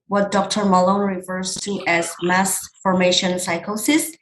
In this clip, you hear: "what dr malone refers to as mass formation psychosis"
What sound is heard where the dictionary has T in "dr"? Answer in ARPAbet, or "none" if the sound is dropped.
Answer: T